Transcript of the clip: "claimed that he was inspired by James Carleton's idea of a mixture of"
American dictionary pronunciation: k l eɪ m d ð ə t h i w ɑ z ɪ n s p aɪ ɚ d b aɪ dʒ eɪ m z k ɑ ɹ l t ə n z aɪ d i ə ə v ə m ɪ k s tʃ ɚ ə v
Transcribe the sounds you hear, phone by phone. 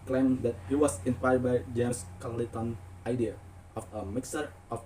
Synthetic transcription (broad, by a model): k l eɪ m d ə t h i w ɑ s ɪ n p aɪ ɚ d b aɪ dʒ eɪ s k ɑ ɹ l t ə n aɪ d i ə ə f ə m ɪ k s ɚ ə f